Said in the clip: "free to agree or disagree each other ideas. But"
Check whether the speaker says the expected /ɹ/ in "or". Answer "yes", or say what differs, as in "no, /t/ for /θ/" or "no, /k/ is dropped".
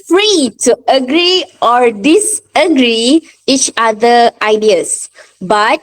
yes